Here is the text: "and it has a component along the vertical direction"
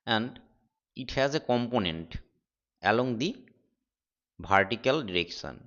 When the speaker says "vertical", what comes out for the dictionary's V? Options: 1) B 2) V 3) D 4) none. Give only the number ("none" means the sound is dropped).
1